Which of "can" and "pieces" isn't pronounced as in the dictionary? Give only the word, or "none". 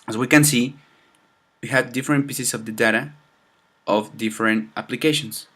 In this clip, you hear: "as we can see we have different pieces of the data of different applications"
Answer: pieces